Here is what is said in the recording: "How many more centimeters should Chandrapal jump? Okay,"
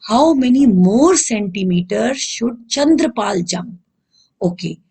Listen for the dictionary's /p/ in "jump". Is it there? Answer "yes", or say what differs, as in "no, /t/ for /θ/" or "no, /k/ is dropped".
no, /p/ is dropped